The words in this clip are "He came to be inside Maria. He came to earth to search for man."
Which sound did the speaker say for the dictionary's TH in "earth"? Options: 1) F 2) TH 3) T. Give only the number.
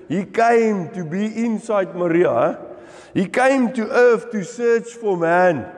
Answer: 1